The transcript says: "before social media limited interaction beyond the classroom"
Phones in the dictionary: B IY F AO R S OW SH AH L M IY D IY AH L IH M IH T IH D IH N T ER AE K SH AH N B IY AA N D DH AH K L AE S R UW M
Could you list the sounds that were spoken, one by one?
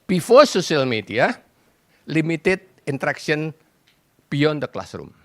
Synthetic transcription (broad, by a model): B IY F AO S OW S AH L M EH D IY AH L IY M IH T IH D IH N T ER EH K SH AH N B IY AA N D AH K L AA S R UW M